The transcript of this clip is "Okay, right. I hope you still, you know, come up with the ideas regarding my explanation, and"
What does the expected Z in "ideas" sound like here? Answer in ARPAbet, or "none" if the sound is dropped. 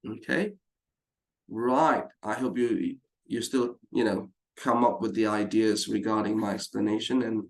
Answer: Z